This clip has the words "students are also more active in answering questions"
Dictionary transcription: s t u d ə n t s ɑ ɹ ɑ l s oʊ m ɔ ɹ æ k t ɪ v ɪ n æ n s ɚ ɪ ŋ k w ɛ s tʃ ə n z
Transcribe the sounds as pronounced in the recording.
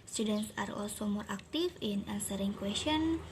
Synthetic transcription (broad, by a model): s t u d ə n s ɑ ɹ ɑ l s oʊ m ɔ ɹ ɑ k t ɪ f ɪ n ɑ n s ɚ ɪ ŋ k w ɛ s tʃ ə n